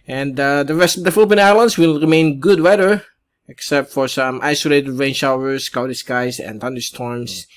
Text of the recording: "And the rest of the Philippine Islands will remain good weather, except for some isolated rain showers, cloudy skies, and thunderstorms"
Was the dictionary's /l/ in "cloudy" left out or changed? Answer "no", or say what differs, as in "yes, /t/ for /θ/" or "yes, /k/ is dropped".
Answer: yes, /l/ is dropped